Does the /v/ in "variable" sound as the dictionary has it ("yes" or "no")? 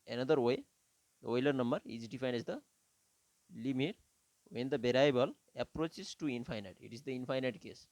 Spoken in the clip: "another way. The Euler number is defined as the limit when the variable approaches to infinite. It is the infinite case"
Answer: no